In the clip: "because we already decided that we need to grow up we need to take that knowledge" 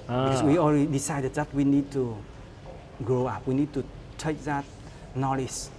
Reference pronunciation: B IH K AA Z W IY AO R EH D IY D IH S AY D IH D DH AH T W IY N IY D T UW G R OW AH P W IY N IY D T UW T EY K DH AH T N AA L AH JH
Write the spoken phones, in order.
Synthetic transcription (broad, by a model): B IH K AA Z W IY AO L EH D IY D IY S AY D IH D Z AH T W IY N IY D T UW G R OW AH P W IY N IY D T UW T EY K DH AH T N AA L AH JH